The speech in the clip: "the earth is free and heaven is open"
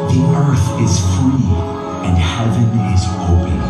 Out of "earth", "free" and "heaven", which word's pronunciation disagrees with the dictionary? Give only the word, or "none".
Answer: none